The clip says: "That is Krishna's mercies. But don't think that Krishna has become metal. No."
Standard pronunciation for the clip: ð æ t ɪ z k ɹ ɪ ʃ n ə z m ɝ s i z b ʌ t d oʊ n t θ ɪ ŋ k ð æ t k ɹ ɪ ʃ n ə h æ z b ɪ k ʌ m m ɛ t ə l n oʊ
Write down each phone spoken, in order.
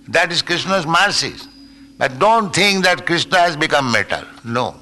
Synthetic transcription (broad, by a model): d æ t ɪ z k ɹ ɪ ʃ n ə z m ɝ s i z b ʌ t d oʊ n t t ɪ ŋ k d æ t k ɹ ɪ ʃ n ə h æ z b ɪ k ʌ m m ɛ t ə l n oʊ